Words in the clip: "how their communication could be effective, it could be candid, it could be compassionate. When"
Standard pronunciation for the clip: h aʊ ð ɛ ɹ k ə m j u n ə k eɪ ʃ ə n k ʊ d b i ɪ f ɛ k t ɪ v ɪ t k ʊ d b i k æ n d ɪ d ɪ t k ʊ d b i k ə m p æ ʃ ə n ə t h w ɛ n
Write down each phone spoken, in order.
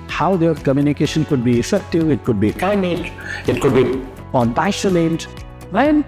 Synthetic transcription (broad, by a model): h aʊ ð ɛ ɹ k ə m j u n ə k eɪ ʃ ə n k ʊ d b i ɪ f ɛ k t ɪ v ɪ t k ʊ d b i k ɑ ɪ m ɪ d ɪ t k ʊ d b i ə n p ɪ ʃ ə l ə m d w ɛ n